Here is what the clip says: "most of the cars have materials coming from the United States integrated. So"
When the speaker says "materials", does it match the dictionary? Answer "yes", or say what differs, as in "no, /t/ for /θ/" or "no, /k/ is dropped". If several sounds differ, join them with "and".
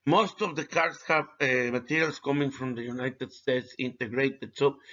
no, /s/ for /z/